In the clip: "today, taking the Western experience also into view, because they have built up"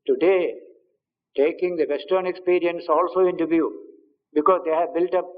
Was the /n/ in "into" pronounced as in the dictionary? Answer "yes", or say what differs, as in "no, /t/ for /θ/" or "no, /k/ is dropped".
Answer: yes